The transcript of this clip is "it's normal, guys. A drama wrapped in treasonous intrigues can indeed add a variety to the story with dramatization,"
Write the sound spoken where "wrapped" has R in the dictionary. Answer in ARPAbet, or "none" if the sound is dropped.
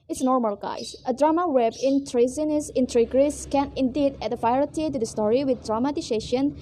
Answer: W